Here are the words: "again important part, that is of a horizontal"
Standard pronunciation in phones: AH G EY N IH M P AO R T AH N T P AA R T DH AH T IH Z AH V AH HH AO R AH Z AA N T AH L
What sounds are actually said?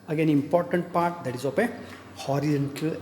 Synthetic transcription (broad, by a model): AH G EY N IH M P AO R T AH N T P AA R T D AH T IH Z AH P AH HH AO R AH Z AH N T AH L